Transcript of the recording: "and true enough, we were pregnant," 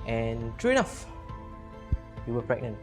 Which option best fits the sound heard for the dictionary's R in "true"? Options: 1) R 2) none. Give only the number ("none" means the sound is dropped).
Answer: 1